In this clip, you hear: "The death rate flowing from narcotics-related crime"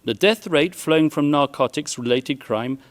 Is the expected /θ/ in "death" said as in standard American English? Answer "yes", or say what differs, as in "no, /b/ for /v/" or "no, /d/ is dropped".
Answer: yes